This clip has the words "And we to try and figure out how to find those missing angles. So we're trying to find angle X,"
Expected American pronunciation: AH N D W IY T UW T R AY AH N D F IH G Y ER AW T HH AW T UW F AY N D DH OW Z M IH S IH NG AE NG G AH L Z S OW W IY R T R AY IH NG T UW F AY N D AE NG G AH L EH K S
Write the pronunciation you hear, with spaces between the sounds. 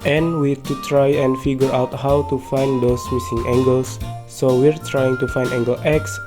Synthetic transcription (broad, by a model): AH N W IY T UW T R AY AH N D F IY G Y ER AW T HH AW T UW F AY N D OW S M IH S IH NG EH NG G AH L S OW W IY R T R AY IH NG T UW F AY N D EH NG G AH L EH K S